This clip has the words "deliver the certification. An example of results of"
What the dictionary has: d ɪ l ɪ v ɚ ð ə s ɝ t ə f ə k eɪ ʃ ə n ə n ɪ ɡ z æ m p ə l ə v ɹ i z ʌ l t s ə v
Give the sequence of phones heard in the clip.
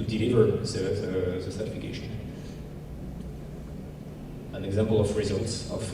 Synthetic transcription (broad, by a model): d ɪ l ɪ v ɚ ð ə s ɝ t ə f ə k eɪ ʃ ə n ə n ɪ ɡ z æ m p ə l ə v ɹ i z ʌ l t s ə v